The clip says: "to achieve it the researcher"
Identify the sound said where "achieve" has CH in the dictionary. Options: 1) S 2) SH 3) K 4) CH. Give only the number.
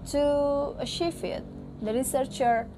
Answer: 2